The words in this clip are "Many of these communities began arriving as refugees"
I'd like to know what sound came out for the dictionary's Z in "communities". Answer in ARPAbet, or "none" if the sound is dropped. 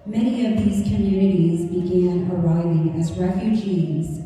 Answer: Z